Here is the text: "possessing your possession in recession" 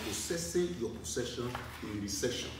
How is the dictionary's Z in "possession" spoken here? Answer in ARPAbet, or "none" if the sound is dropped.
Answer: S